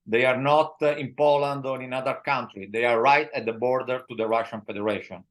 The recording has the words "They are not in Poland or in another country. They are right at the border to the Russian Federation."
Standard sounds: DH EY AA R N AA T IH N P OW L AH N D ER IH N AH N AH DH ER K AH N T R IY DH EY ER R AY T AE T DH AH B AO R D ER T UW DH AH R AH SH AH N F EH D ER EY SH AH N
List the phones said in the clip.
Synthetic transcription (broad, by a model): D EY AA R N AA T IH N P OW L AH N D IH N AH N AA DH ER K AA N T R IY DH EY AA R AY T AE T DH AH B AO R D ER T UW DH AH R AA SH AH N F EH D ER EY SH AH N